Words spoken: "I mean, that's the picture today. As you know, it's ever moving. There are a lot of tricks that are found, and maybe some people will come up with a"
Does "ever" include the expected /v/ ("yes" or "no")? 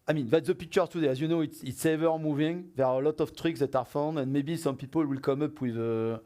yes